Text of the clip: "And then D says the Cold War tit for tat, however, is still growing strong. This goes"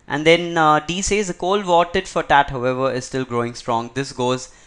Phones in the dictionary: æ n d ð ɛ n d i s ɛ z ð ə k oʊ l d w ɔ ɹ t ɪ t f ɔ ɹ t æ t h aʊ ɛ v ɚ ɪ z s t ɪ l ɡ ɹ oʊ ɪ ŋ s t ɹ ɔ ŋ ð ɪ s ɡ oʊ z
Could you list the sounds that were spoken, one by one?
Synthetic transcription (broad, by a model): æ n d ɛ n d i s ɛ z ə k oʊ l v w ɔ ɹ t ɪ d f ɔ ɹ t æ t h aʊ ɛ v ɚ ɪ z s t ɪ l ɡ ɹ oʊ ɪ ŋ s t ɹ ɔ ŋ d ɪ s ɡ oʊ z